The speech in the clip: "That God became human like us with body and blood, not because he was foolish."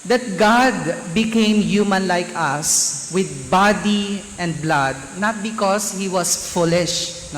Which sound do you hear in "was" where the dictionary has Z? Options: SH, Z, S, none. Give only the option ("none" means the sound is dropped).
S